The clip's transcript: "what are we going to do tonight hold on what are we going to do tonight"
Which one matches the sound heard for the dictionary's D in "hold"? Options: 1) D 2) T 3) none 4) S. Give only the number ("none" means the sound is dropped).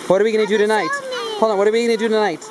3